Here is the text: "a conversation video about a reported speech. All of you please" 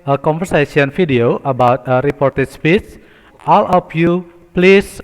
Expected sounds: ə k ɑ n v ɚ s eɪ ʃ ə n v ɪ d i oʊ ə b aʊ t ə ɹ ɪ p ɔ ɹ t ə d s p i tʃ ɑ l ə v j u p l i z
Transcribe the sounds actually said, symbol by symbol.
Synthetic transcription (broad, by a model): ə k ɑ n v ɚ s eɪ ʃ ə n f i d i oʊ ə b aʊ t ə ɹ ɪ p ɔ ɹ t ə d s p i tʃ ɑ l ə f j u p l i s